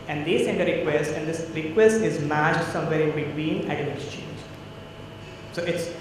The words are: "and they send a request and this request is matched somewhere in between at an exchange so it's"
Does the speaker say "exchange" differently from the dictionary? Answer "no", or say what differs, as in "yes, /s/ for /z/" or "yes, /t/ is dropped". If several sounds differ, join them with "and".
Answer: yes, /k/ is dropped